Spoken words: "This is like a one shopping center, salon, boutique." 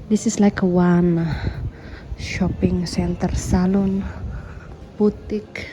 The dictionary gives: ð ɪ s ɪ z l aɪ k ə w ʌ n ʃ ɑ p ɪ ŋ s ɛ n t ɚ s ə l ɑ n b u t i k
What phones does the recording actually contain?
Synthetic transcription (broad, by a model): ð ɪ s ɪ s l aɪ k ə w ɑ n ʃ ɑ p ɪ ŋ s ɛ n t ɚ s ə l ɑ n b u t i k